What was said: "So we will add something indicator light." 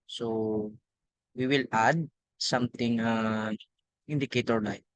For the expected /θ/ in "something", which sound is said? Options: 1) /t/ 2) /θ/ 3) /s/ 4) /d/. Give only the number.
1